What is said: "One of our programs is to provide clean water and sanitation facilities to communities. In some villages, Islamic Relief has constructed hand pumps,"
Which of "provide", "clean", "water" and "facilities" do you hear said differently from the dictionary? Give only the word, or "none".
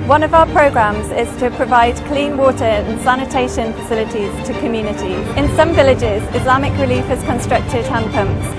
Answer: none